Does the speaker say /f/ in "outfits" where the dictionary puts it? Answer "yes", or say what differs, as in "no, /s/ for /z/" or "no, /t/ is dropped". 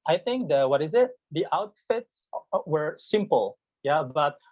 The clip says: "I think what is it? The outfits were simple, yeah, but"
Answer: yes